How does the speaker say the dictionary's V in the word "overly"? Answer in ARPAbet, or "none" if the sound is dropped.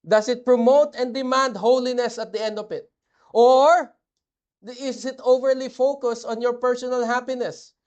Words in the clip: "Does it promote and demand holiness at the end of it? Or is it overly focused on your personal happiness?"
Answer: V